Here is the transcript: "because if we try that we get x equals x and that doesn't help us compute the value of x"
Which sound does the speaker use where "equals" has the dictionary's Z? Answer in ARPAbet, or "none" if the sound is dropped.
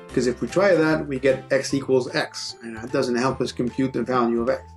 Z